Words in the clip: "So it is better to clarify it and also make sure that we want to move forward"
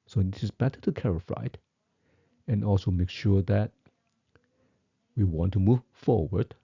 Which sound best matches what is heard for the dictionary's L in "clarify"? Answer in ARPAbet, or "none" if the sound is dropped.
none